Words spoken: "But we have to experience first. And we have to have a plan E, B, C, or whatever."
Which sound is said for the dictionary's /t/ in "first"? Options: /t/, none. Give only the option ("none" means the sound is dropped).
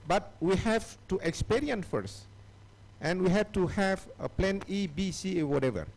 /t/